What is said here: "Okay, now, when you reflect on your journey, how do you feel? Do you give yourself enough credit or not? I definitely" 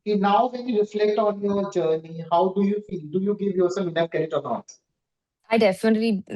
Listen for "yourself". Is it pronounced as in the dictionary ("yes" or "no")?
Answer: no